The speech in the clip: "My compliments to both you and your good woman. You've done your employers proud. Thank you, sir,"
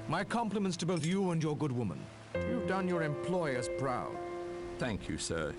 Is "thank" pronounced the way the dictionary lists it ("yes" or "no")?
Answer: yes